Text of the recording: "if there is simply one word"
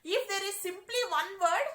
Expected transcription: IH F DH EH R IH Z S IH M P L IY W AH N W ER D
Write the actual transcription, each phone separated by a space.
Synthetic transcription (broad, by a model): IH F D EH R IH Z S IH M P L IY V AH N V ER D